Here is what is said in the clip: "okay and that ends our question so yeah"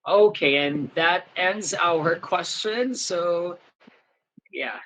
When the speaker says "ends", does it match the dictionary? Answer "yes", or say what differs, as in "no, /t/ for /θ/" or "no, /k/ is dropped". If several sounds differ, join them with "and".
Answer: yes